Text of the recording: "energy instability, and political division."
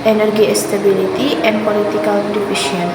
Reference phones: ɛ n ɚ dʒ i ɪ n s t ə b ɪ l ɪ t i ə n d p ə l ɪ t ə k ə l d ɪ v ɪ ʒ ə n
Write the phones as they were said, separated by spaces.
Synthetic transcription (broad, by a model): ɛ n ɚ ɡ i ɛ s t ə b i l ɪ t i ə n p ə l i t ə k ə l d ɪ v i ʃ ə n